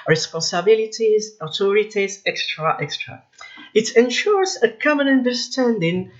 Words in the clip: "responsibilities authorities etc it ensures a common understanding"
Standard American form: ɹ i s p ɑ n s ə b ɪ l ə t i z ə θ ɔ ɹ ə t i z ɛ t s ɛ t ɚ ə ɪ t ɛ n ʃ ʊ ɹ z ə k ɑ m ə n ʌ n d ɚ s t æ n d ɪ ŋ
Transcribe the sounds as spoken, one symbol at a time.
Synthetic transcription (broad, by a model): ɹ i s p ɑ n s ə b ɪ l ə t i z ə t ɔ ɹ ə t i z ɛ t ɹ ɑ t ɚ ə ɪ t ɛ n ʃ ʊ ɹ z ə k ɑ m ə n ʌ n d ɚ s t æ n d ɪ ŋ